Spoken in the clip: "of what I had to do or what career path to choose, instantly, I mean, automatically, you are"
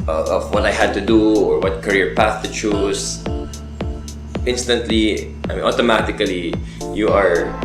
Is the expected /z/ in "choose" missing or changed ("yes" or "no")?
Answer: yes